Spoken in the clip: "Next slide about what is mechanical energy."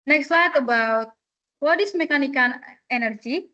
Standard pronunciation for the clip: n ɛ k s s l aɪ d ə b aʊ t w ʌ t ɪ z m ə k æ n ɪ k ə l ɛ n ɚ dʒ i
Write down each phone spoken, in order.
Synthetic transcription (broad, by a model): n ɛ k s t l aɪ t ə b aʊ t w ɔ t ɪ s m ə k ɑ n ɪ k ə n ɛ n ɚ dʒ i